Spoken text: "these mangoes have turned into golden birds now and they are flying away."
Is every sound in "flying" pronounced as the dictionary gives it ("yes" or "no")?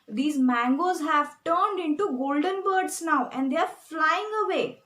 yes